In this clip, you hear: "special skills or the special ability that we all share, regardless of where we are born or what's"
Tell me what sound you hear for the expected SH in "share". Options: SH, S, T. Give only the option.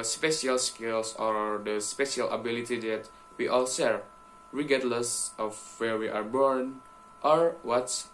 S